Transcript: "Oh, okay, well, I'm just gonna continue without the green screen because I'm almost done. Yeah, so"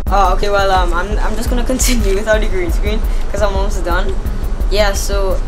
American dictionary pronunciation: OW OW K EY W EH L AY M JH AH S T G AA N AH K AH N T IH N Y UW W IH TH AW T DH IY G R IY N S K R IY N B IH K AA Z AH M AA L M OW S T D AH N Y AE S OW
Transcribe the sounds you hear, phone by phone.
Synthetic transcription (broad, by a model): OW OW K EY W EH L AY M JH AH S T G AA N AH K AH N T IH N Y UW W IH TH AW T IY G R IY N S K R IY N K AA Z AH M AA M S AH D AH N Y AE S OW